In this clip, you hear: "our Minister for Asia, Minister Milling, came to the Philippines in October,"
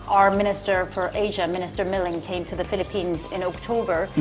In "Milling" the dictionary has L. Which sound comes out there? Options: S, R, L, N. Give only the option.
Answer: L